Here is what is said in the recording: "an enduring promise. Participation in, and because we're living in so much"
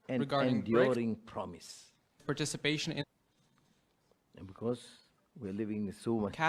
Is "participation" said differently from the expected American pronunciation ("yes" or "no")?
no